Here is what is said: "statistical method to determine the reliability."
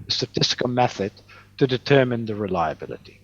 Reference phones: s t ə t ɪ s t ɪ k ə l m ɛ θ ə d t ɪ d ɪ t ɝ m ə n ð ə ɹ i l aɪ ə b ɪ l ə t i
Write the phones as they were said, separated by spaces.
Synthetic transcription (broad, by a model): s t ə t ɪ s t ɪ k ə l m ɛ θ ə d t ɪ d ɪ t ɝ m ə n ð ə ɹ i l aɪ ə b ɪ l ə t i